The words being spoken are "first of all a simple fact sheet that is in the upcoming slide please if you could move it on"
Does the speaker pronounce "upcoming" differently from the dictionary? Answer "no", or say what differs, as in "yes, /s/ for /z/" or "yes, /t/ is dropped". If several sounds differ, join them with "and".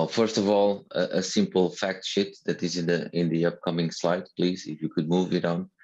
no